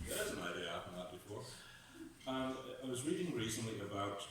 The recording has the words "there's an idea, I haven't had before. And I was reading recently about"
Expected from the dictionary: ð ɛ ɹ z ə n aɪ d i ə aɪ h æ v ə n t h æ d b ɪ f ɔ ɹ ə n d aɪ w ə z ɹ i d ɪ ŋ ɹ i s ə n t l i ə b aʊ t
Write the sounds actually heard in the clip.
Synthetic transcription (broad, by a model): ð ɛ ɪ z ə n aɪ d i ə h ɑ p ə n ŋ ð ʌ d b ɪ f ɔ ɹ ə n aɪ w ə z ɹ i d ɪ ŋ ɹ i s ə n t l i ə b aʊ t